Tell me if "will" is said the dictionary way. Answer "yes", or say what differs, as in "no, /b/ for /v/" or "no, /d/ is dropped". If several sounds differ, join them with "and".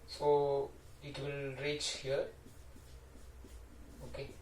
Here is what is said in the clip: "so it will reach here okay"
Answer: yes